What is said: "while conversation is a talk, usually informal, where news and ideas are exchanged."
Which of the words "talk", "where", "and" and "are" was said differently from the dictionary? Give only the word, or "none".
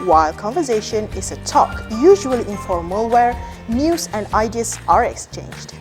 none